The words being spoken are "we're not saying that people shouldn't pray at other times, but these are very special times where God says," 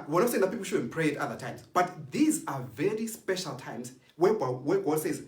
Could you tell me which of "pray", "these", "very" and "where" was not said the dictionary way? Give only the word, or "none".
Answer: where